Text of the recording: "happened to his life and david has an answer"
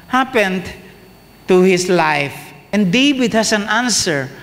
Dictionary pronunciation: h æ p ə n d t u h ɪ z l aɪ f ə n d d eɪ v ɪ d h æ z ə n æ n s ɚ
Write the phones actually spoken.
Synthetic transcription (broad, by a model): h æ p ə n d t u h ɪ s l aɪ f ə n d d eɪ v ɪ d h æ s ə n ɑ n s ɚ